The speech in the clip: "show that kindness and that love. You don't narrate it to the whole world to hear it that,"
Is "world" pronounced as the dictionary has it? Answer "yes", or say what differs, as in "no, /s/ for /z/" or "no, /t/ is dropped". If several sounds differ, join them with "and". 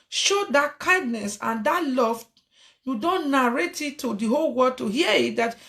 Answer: no, /l/ is dropped